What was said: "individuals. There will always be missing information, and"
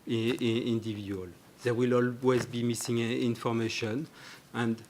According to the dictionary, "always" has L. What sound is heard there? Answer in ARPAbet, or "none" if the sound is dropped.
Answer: L